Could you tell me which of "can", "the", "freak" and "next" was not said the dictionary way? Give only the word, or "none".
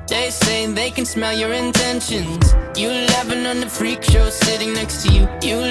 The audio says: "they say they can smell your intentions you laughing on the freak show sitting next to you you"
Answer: none